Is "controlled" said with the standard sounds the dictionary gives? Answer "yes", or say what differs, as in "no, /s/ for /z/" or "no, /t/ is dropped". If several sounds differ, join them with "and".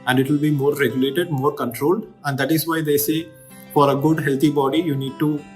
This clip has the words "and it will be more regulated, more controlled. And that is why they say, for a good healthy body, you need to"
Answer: yes